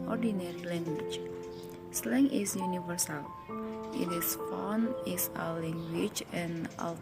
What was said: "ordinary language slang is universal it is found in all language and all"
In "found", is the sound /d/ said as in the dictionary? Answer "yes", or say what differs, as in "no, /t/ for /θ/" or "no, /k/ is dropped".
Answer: no, /d/ is dropped